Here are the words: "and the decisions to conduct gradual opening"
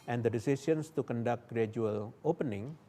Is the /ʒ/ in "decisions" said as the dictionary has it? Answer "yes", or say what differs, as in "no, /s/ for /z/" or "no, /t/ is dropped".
no, /s/ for /ʒ/